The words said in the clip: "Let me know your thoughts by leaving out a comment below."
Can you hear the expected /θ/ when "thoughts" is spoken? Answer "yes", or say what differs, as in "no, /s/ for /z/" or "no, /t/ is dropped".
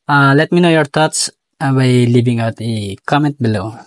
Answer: no, /t/ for /θ/